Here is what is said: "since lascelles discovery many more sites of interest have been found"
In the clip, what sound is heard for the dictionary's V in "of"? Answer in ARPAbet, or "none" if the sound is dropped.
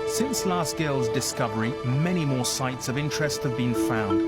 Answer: V